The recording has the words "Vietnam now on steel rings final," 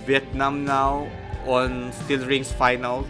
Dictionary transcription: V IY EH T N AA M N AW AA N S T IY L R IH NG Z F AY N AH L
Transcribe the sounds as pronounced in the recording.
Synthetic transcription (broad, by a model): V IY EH T N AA M N AW AA N S T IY L R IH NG S F AY N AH L